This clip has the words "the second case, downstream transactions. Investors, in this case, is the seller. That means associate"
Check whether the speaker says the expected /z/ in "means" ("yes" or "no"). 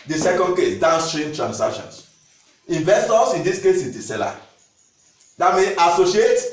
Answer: no